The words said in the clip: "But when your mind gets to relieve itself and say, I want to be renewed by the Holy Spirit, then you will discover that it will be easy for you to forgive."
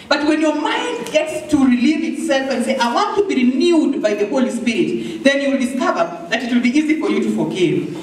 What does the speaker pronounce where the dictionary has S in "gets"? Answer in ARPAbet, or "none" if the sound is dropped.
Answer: S